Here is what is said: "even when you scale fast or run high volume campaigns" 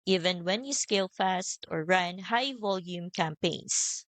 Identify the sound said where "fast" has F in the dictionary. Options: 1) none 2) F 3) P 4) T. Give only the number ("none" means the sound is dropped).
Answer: 2